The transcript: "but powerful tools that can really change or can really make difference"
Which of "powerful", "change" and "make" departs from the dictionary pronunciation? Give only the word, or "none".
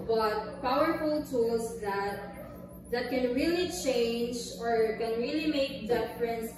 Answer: none